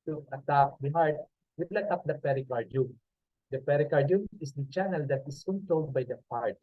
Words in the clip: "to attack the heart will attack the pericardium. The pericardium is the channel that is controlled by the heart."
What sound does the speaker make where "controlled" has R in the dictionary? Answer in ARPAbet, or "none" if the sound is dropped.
none